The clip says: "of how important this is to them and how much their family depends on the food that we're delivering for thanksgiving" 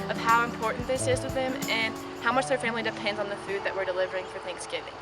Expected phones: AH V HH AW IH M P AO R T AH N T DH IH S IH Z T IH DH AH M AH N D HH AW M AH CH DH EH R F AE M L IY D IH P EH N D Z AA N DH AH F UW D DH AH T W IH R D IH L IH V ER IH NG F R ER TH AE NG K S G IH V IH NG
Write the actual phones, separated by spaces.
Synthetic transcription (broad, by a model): AH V HH AW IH M P AO R T N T DH IH S IH Z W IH DH AH M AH N HH AW M AH CH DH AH R F AE M L IY D IH P EH N D Z N DH AH F UW D DH AH T W IH R D IH L IH V ER IH NG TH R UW TH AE NG K S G IH V IH NG